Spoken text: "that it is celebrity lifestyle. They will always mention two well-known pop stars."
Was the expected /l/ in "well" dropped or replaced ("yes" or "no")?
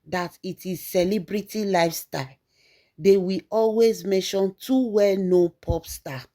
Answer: no